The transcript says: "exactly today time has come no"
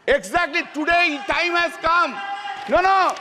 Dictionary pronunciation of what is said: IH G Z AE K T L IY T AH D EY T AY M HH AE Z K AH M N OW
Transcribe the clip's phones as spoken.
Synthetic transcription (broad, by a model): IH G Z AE K T L IY T AH D EY T AY M HH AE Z K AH M N OW